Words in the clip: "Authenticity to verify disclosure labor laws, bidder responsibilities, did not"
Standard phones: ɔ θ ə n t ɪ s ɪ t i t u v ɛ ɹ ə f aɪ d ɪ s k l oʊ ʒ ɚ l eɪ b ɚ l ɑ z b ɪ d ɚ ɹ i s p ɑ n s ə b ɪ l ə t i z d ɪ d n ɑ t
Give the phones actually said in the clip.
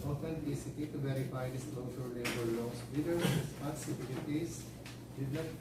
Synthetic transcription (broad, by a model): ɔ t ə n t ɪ s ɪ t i t u v ɛ ɹ ə f aɪ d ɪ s l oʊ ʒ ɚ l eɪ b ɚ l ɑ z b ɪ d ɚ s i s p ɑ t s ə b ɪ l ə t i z d ɪ d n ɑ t